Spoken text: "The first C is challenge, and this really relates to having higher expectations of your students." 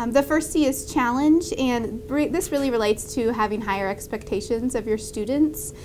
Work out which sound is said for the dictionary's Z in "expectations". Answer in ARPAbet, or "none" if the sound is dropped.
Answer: Z